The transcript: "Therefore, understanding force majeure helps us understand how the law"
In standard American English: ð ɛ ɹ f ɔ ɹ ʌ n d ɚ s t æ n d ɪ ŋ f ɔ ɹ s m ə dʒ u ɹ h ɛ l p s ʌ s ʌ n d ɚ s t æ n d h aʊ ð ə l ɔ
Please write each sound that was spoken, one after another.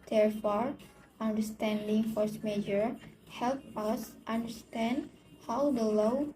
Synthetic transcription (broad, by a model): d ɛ ɹ f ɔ ɹ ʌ n d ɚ s t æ n d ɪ ŋ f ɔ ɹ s m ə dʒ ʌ ɹ h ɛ l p ʌ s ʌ n d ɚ s t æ n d h aʊ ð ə l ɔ